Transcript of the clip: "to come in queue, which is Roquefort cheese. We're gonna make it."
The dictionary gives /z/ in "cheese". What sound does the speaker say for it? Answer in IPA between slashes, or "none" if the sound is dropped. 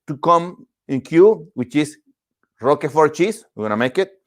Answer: /s/